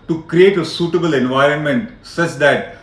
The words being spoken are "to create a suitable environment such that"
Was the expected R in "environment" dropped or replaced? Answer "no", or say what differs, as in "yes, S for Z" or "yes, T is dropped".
no